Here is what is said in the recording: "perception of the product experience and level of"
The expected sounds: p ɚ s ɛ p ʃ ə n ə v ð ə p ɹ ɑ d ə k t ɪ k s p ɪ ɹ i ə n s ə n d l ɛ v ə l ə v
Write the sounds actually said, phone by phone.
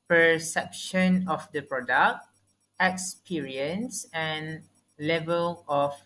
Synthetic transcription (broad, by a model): p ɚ s ɛ p ʃ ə n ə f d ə p ɹ ɑ d ə k t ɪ k s p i ɹ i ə n s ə n l ɛ v ə l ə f